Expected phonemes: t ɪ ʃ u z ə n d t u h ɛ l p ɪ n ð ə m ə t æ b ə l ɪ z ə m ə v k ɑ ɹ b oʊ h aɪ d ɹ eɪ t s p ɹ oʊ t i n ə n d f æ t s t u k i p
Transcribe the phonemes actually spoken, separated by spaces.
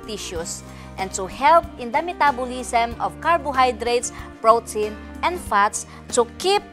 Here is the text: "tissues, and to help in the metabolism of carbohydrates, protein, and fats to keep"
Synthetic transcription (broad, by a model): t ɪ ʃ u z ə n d t u h ɛ l p ɪ n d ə m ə t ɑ b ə l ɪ s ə m ə v k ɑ ɹ b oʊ h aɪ d ɹ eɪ t s p ɹ oʊ t i n ə n d f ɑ t s t u k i p